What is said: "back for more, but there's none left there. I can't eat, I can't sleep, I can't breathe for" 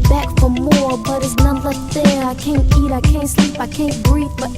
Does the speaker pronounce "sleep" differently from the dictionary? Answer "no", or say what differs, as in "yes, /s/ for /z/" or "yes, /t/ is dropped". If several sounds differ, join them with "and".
no